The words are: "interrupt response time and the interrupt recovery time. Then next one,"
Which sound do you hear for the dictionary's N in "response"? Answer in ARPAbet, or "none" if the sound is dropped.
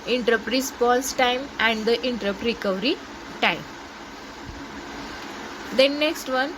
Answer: L